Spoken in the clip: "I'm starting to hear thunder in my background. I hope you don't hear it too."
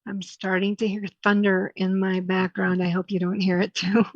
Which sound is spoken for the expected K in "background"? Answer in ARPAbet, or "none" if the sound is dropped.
K